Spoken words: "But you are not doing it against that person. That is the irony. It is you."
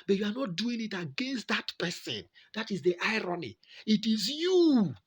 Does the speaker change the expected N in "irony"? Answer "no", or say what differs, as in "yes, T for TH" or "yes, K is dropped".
no